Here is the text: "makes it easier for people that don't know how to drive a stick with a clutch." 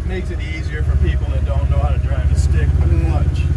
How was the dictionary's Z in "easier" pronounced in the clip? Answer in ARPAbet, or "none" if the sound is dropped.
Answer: Z